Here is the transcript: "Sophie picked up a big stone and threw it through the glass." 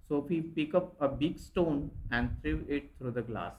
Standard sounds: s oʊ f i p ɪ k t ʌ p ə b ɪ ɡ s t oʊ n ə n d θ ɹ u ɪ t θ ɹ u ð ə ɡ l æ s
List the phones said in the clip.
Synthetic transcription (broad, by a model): s oʊ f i p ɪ k ʌ p ə b ɪ ɡ s t oʊ n ə n d t ɹ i ɪ t t ɹ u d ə ɡ l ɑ s